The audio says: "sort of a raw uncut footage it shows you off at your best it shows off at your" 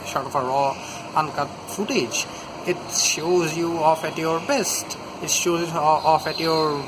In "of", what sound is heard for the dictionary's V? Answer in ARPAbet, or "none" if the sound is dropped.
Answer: F